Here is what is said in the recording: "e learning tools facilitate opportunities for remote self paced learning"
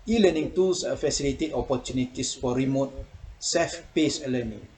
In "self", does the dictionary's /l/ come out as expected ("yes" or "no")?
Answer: no